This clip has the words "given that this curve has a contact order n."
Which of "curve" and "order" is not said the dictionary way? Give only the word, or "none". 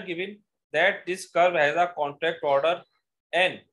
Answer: curve